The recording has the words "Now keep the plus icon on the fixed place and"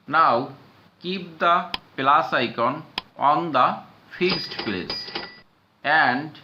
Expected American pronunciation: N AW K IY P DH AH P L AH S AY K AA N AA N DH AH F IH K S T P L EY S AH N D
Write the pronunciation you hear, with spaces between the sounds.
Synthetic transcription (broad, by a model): N AW K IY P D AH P L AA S AY K AA N AA N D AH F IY S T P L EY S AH N D